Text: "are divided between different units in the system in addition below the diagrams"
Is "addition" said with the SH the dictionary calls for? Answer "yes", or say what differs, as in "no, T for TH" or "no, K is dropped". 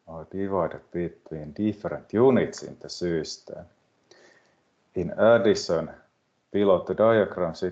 no, S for SH